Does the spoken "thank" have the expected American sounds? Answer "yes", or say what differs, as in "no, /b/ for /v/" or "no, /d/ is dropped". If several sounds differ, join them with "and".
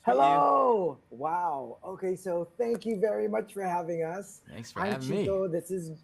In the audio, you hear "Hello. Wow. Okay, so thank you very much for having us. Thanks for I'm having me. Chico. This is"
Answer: yes